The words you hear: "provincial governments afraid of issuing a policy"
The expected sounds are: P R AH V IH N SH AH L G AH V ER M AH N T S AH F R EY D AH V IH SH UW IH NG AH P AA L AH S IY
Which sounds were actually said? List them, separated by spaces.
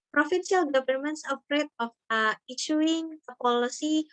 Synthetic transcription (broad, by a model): P R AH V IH N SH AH L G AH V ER M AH N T S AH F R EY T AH F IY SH UW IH NG AH P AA L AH S IY